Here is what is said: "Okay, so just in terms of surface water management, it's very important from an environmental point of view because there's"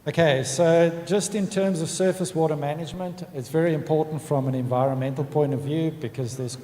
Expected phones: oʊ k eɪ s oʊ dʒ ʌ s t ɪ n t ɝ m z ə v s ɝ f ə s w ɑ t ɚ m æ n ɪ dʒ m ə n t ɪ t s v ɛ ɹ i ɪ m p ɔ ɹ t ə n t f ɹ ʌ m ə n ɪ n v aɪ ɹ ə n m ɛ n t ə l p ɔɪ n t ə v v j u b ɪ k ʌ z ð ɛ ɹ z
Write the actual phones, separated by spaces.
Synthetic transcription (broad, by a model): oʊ k eɪ s oʊ dʒ ʌ s t ɪ n t ɝ m z ə v s ɝ f ə s w ɑ t ɚ m æ n ɪ dʒ m ə n t ɪ t s v ɛ ɹ i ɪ m p ɔ ɹ t n t f ɹ ʌ m ə n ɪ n v aɪ ɹ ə n m ɛ n t l p ɔɪ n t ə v v j u b ɪ k ʌ z ð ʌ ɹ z